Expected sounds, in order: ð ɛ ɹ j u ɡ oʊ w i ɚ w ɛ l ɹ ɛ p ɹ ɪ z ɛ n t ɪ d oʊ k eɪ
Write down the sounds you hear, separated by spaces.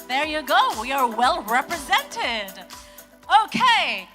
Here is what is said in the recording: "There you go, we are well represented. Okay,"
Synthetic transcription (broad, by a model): ð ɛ ɹ j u ɡ oʊ w i ɚ w ɛ l ɹ ɛ p ɹ ɪ z ɛ n t ɪ d oʊ k eɪ